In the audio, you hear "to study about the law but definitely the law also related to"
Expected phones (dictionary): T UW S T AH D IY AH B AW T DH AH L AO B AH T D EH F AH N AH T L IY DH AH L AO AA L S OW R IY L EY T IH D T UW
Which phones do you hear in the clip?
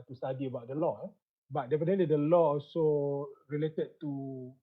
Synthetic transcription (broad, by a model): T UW S T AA D IY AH B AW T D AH L AO B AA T D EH P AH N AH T L IY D AH L AO AA L S OW R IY L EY T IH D T UW